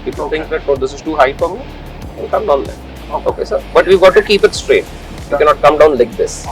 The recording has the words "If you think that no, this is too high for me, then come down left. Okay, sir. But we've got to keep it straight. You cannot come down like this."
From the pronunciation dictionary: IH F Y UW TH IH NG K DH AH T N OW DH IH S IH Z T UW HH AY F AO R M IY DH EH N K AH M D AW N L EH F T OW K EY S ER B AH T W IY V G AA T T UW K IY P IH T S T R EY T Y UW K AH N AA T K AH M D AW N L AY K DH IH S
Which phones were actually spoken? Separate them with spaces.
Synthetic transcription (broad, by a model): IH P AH T IH NG K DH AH T N OW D IH S IH Z T UW HH AY F AO R M IY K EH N K AH M D AW N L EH T OW K EY S ER B AH T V IY V G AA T T UW K IY P IH T S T R EY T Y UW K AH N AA T K AH M D AW N L AY K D IH S